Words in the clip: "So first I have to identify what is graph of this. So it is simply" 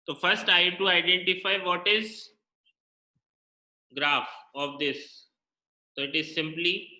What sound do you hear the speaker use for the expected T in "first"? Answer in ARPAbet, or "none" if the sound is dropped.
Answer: T